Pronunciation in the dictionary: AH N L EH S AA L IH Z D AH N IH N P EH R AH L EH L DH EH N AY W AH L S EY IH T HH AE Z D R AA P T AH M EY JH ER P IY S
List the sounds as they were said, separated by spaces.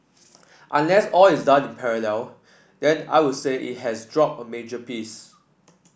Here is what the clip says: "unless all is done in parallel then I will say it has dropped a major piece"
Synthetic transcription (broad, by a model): AH N L EH S AA L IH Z D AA N IH N P EH R AH L EH L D EH N AY W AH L S EY IH T HH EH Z D R AA P AH M EY JH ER P IY S